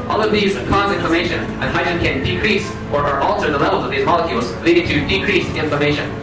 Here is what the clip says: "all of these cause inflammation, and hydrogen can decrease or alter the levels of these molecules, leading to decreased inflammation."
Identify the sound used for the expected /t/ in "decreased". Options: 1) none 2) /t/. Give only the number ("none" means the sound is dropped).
1